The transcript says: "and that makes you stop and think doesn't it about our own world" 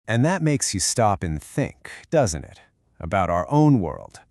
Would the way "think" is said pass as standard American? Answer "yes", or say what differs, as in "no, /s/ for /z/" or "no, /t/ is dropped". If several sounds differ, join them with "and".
yes